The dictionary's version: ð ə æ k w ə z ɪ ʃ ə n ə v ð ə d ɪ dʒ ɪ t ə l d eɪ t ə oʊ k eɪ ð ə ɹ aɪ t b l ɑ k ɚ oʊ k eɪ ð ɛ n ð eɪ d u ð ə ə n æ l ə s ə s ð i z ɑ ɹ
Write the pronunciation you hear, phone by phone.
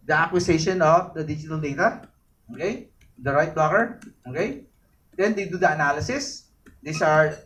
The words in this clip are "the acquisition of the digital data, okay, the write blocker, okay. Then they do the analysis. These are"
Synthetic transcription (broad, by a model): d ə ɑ k w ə s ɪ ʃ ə n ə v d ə d ɪ dʒ ɪ t ə l d eɪ t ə oʊ k eɪ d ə ɹ aɪ t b ɑ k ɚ oʊ k eɪ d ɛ n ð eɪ d u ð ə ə n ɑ l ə s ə s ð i s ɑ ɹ